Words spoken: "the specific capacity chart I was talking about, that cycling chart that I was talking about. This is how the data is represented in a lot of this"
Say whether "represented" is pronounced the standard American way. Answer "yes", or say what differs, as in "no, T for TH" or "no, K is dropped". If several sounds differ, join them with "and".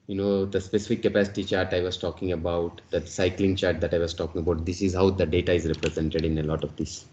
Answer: yes